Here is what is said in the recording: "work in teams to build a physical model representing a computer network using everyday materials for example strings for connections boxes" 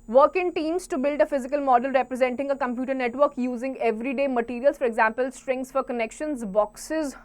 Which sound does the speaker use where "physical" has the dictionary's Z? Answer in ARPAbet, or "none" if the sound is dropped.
Z